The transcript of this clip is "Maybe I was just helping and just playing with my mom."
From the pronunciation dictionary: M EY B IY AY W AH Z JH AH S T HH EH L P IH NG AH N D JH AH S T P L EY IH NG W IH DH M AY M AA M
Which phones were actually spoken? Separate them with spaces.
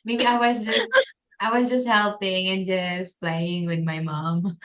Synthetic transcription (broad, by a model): M EY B IY AY W AH Z JH AH S T HH EH L P IH NG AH N JH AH S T P L EY IH NG W IH DH M AY M AA M